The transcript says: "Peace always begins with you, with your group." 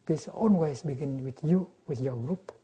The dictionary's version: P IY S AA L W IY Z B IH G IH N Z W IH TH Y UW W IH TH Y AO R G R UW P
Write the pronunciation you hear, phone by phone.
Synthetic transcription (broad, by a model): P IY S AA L W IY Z B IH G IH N W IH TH Y UW W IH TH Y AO G R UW P